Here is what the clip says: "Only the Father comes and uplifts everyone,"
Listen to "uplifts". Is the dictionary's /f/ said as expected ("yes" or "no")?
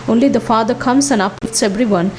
no